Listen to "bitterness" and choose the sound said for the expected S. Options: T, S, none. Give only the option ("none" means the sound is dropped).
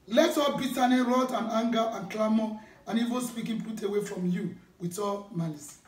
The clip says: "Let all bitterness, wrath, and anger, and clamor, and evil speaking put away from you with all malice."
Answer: none